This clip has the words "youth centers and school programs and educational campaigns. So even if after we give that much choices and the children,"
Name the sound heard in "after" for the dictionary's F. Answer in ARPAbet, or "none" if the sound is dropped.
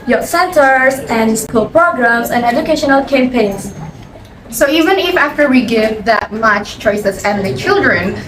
F